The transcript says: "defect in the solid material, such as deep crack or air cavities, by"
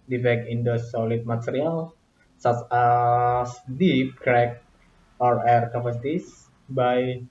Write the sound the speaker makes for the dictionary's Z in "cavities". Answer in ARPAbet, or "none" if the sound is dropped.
S